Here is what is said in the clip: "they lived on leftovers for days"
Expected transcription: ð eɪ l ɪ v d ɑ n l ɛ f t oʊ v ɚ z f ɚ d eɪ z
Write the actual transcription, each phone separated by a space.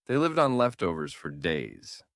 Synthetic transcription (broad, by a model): ð eɪ l ɪ v d n l ɛ f t oʊ v ɚ z f ɚ d eɪ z